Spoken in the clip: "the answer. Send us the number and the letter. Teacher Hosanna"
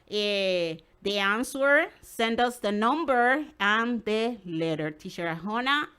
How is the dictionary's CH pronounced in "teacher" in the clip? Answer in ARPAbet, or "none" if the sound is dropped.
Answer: SH